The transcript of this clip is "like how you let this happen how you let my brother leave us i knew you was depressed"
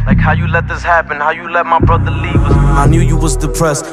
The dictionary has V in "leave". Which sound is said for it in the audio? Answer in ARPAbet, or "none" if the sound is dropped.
W